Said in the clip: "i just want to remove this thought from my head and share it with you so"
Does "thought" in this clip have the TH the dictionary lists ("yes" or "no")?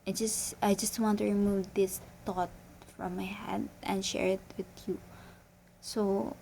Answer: no